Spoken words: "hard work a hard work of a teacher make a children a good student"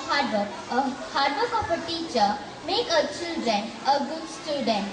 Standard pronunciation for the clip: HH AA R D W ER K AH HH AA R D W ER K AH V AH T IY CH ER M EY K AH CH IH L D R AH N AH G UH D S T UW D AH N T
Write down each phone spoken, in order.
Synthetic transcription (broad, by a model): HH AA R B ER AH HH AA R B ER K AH P AH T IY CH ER M EY K AH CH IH L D R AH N AH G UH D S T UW D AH N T